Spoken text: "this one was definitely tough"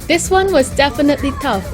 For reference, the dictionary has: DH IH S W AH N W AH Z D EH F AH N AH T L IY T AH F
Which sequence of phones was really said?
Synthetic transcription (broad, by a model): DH IH S W AH N W AH Z D EH F AH N AH T L IY T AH F